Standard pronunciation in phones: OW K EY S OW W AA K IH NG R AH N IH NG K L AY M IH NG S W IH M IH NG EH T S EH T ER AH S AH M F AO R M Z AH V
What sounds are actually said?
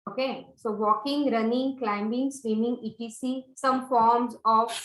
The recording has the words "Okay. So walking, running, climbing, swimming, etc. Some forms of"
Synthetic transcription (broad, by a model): OW K EY S OW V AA K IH NG R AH N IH NG K L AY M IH NG S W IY M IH NG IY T IY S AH S AH M F AO R M Z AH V